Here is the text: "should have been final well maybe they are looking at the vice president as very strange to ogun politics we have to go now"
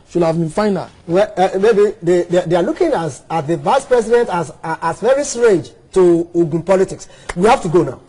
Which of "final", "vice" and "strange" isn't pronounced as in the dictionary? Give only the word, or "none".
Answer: strange